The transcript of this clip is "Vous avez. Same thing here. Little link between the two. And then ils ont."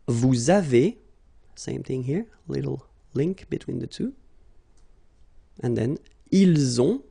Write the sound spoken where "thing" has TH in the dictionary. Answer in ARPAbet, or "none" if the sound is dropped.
TH